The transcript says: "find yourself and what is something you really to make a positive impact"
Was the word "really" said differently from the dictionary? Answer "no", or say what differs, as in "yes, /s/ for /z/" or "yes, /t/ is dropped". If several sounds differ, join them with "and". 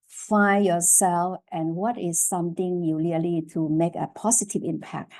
yes, /l/ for /ɹ/